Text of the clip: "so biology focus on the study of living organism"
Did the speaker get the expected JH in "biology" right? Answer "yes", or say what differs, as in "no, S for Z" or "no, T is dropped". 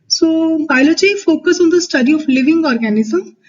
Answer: no, CH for JH